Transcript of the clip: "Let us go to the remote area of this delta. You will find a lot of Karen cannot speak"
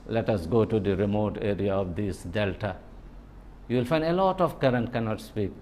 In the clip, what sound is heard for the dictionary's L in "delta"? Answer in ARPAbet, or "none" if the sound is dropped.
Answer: L